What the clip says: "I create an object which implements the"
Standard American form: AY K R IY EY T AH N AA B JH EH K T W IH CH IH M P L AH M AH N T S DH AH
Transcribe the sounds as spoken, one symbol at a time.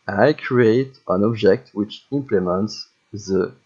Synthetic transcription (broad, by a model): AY K R IY EY T AH N AA B JH EH K T W IH CH IH M P L AH M AH N T S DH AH